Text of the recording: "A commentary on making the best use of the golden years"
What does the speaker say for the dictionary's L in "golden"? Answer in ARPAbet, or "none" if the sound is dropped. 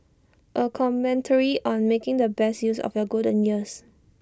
none